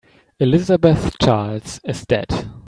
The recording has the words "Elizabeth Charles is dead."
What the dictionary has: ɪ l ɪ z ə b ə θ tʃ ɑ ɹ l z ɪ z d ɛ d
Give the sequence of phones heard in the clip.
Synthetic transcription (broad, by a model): ɪ l ɪ z ə b ə θ tʃ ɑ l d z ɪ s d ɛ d